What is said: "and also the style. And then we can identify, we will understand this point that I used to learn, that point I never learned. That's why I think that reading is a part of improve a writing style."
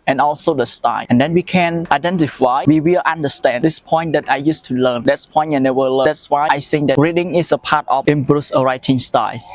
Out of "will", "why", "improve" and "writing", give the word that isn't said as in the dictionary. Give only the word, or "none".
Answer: improve